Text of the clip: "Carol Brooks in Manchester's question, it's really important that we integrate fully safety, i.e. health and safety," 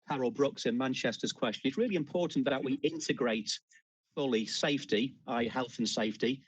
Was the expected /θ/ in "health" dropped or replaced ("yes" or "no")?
no